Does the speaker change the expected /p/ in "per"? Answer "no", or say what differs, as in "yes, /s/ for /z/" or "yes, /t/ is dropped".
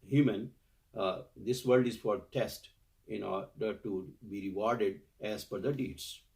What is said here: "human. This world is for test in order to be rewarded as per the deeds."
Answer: yes, /f/ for /p/